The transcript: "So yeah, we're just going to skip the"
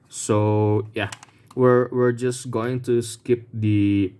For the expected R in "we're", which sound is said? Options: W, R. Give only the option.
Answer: R